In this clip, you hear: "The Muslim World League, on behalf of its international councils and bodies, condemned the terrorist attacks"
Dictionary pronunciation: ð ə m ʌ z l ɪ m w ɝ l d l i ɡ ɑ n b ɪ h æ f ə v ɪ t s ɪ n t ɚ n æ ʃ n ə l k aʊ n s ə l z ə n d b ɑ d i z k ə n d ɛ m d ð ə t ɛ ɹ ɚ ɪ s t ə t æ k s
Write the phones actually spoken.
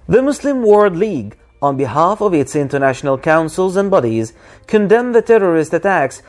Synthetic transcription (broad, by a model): ð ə m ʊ s l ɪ m w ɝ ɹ d l i ɡ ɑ n b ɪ h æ f ə v ɪ t s ɪ n t ɚ n æ ʃ n ə l k aʊ n s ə l z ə n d b ɑ d i z k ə n d ɛ m ð ə t ɛ ɹ ɚ ɪ s t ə t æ k s